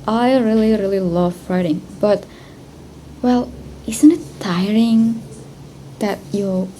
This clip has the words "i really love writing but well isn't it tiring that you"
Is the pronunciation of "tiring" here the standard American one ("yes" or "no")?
yes